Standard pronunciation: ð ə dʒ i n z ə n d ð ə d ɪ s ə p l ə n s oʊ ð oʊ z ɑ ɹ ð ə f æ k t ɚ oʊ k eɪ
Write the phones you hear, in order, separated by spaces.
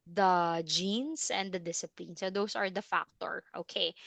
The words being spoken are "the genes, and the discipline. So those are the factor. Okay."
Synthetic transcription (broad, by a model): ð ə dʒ i n s ə n d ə d ɪ s ə p l ə n s oʊ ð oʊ s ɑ ɹ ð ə f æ k t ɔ oʊ k eɪ